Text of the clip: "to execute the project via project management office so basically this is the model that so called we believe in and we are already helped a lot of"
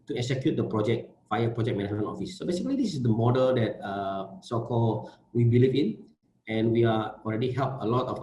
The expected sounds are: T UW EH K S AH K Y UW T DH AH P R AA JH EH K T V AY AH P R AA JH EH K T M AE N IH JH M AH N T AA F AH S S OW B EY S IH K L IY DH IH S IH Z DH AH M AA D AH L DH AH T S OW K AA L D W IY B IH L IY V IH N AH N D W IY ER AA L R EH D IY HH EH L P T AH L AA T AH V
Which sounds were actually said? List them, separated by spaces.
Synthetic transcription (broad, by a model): T UW EH K S AH K Y UW T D AH P R AA JH EH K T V AY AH P R AA JH EH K M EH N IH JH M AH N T AA F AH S S OW B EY S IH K L IY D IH S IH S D AH M AA D AH L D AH T S OW K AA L W IY B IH L IY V IH N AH N W IY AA AA L R EH D IY HH EH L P AH L AA T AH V